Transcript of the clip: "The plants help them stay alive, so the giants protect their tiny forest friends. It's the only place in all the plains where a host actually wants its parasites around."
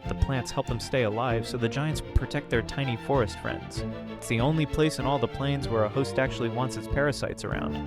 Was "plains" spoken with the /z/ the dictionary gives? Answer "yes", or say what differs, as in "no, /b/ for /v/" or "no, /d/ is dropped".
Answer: yes